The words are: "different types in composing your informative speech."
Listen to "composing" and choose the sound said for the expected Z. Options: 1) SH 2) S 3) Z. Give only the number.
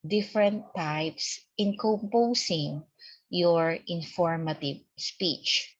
2